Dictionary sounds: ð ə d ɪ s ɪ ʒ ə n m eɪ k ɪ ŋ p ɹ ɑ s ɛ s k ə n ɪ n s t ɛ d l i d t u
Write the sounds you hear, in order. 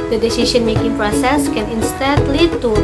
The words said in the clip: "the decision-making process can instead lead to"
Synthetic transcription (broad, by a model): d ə d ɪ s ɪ ʃ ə n m eɪ k ɪ ŋ p ɹ ɑ s ɛ s k ə n ɪ n s t ɛ d l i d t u